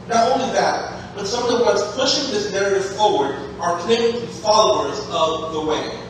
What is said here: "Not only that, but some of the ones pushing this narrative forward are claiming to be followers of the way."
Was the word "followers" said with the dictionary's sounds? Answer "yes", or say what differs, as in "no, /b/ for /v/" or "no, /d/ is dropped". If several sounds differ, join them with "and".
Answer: yes